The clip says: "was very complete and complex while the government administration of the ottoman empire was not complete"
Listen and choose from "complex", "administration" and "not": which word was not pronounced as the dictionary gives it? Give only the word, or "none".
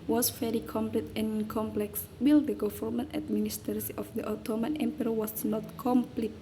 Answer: administration